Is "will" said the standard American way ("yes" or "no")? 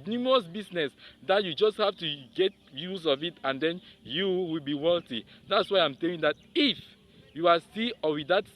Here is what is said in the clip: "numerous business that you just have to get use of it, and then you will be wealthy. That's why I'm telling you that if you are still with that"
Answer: yes